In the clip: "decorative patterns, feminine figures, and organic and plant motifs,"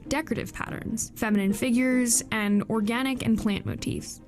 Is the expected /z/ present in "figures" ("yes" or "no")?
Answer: yes